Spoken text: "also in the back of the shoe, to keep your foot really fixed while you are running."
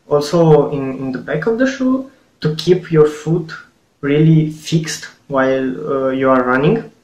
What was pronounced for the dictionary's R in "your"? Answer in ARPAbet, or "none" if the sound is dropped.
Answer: R